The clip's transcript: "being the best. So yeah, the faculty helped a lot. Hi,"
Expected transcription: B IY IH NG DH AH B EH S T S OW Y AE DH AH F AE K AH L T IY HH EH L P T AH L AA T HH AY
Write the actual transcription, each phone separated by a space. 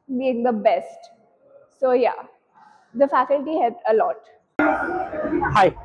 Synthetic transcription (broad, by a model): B IY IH NG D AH B EH S T S OW Y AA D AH F AE K AH L T IY HH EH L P AH L AA T HH AY